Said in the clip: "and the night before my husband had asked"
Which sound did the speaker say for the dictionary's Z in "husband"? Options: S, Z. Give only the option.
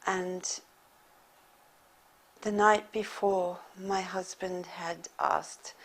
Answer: Z